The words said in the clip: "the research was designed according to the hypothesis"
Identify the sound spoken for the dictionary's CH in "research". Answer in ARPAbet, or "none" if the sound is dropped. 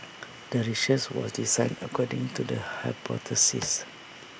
S